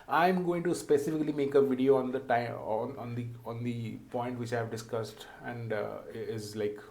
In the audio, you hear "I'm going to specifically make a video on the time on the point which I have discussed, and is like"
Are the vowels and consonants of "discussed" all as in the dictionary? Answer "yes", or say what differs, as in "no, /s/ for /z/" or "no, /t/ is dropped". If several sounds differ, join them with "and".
yes